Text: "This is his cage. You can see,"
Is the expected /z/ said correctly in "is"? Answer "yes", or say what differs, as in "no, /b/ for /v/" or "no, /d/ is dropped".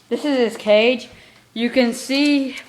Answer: yes